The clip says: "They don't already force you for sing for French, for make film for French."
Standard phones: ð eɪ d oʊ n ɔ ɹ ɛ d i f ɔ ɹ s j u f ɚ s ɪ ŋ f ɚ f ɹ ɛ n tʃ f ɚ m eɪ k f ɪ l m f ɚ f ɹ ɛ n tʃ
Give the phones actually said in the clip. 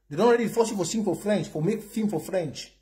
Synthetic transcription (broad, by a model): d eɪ d oʊ n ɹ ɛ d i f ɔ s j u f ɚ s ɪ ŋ f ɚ f ɹ ɛ n tʃ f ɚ m eɪ k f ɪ m f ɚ f ɹ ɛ n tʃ